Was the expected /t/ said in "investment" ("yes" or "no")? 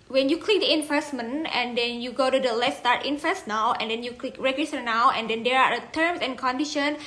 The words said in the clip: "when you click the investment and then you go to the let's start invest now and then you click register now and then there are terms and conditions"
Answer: no